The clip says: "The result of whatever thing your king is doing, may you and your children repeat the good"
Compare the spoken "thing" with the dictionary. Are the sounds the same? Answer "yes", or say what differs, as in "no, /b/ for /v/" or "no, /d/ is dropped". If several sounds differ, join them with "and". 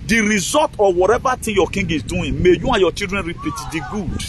no, /t/ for /θ/